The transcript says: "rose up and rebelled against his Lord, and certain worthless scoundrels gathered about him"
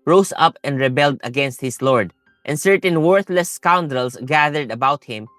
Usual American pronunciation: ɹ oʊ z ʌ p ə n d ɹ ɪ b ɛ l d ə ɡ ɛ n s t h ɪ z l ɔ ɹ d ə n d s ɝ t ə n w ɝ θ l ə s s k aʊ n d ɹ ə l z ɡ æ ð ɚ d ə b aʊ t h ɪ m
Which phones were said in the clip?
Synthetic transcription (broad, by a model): ɹ oʊ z ʌ p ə n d ɹ ɪ b ɛ l d ə ɡ ɛ n s t h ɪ s l ɔ ɹ d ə n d s ɝ t ə n w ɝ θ l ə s s k aʊ n d ɹ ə l s ɡ æ ð ɚ d ə b aʊ t h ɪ m